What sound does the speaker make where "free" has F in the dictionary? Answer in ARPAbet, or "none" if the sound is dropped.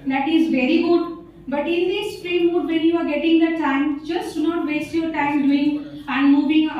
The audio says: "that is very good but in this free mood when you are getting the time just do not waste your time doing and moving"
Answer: P